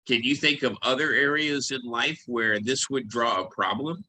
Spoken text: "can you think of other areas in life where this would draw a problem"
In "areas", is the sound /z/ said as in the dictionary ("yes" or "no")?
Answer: yes